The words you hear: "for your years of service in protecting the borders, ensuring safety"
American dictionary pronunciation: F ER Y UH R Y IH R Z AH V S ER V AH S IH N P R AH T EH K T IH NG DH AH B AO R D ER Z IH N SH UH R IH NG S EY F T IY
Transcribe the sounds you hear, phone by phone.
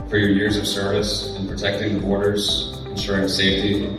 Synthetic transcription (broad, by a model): F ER Y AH R Y IH R Z AH V S ER V AH S IH N P R AH T EH K T IH NG DH AH B AO R D ER Z IH N SH UH R IH NG S EY F T IY